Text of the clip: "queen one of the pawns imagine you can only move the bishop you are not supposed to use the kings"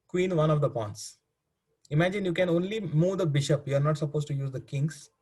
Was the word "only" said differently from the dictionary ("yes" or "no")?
no